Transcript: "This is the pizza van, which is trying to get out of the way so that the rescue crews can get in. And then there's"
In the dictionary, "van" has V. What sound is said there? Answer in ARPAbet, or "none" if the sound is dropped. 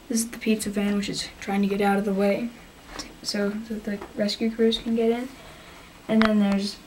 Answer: V